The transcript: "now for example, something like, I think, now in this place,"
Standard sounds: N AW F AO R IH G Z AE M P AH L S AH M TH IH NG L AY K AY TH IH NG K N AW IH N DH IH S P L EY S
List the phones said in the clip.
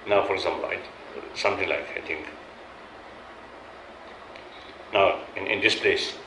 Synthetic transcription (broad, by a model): N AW F AO R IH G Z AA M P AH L S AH M T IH NG L AY K AY T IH NG K N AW IH N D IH S P L EY S